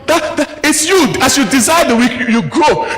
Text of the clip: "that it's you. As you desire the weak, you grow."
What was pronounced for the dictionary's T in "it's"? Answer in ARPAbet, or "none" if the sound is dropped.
T